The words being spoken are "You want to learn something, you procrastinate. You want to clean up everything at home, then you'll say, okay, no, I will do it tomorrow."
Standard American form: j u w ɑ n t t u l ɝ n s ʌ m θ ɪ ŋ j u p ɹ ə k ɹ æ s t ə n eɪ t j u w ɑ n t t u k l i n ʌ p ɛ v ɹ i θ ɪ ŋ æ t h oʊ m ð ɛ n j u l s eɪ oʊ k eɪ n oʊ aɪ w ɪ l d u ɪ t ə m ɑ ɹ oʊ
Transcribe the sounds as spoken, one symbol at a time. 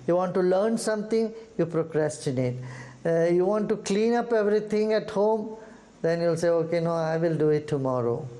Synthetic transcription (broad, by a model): j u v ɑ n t t u l ɝ n s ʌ m t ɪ ŋ j u p ɹ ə k ɹ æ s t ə n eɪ t j u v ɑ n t t u k l i n ʌ p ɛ v ɹ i t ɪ ŋ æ t h oʊ m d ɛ n j u l s eɪ oʊ k eɪ n oʊ aɪ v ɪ l d u ɪ t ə m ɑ ɹ oʊ